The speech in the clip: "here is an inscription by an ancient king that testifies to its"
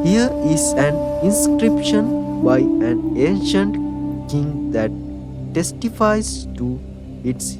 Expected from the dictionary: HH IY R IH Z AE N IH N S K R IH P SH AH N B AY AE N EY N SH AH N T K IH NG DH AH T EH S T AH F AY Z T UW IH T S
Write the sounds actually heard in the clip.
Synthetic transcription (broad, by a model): HH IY R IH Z AE N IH N S K R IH P SH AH N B AY AE N EY N SH AH N T K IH NG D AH T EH S T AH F AY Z T UW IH T S